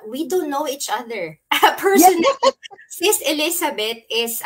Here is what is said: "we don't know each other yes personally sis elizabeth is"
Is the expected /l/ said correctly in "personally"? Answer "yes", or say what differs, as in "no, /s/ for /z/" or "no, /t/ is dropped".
no, /l/ is dropped